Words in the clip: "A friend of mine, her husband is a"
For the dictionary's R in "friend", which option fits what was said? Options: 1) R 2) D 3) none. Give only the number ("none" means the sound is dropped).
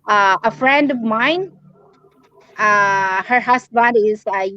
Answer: 1